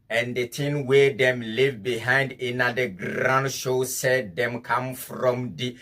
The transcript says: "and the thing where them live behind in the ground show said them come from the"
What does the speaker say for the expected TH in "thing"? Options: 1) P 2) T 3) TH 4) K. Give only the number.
2